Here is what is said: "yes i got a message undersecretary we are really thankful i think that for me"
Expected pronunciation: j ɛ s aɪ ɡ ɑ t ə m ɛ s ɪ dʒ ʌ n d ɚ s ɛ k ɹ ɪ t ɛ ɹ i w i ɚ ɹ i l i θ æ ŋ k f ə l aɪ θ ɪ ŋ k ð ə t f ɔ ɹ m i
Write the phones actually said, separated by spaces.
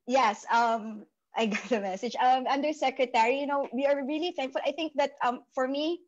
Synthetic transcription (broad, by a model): j ɛ s aɪ ɡ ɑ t ə m ɛ s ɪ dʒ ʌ n d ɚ s ɛ k ɹ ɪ t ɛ ɹ i w i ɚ ɹ i l i θ æ ŋ k f ə l aɪ θ ɪ ŋ k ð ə t f ɔ ɹ m i